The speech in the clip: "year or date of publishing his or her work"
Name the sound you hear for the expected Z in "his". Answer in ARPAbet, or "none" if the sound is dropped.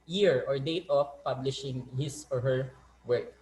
S